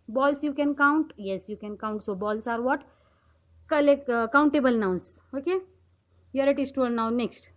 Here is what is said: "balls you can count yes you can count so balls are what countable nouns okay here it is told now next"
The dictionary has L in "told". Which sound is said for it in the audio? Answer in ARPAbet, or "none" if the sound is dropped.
none